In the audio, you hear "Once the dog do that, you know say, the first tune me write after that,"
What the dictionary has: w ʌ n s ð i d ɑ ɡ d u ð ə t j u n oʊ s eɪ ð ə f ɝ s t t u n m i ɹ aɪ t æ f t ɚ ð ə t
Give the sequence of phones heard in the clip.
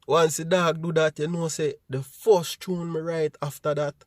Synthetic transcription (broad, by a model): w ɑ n s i d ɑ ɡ d u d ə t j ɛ n oʊ s eɪ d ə f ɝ s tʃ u n m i ɹ aɪ t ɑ f t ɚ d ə t